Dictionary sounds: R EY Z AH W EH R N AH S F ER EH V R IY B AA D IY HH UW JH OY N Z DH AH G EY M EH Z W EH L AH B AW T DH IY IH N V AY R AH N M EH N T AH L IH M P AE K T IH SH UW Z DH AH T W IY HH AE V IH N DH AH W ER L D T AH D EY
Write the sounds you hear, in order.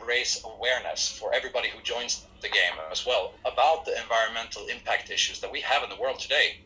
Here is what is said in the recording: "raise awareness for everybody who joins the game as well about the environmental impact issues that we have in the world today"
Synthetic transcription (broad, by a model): R EY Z AH W EH R N AH S F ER EH V R IY B AA D IY HH UW JH OY N Z DH AH G EY M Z W EH L AH B AW T DH IY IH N V AY R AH N M EH N T L IH M P AE K T IH SH UW Z DH AH T W IY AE V IH N DH AH W ER L D T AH D EY